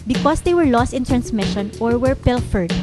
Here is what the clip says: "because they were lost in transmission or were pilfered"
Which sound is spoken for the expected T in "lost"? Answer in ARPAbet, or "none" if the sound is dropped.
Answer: T